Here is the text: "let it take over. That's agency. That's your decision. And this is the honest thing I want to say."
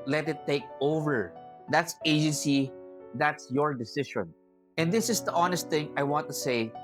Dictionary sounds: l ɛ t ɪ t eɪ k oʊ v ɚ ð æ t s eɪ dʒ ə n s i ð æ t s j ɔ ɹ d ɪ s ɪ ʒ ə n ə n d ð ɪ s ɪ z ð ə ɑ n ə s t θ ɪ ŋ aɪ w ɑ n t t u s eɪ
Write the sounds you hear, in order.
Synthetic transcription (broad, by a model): l ɛ t ɪ t eɪ k oʊ v ɚ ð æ t s eɪ dʒ ə n s i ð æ t s j ɔ ɹ d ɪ s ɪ ʃ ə n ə n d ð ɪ s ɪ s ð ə ɑ n ə s t θ ɪ ŋ aɪ w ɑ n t t u s eɪ